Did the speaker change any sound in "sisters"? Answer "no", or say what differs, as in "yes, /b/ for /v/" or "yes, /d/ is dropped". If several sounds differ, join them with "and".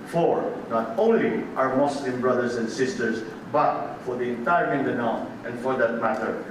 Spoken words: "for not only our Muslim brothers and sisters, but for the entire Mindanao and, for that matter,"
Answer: yes, /s/ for /z/